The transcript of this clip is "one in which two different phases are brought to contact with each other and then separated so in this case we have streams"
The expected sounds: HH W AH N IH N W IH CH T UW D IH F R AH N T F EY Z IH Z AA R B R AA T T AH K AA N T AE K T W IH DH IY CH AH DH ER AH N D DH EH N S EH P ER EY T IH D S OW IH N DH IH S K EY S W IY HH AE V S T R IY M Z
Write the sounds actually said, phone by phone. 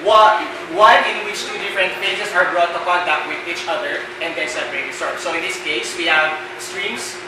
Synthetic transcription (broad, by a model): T W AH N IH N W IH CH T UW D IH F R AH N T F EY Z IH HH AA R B R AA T T AH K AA N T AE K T W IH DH IY CH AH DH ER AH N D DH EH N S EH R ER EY S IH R S OW IH N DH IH S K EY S W IY HH AE V S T R IY M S